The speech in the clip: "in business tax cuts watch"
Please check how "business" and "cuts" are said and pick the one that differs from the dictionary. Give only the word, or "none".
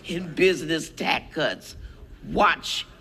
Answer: none